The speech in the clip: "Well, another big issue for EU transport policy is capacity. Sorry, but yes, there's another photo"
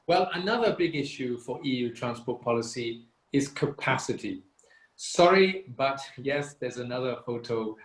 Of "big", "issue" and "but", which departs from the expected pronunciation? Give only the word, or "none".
none